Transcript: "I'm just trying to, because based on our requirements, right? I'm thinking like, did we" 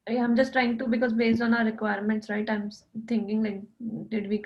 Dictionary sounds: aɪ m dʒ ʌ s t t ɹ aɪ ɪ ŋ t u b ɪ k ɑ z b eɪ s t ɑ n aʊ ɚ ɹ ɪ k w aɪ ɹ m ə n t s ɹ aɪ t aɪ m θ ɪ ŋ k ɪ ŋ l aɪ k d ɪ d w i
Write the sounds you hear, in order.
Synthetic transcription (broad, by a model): aɪ m dʒ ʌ s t t ɹ aɪ ɪ ŋ t u b ɪ k ɑ z b eɪ s t ɑ n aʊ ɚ ɹ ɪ k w aɪ ɹ m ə n t s ɹ aɪ t aɪ m t ɪ ŋ k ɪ ŋ l aɪ k d ɪ d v i